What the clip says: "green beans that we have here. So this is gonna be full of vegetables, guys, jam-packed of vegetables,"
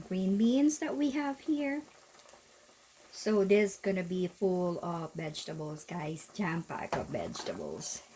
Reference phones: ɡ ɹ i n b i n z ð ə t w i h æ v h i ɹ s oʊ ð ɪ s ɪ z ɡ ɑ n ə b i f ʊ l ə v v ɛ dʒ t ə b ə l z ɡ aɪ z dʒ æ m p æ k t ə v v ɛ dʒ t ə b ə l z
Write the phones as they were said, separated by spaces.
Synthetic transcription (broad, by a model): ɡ ɹ i n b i n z ð ə t w i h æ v h i ɹ s oʊ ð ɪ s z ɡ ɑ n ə b i f ʊ l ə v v ɛ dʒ t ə b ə l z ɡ aɪ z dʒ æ m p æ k ə v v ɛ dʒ t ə b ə l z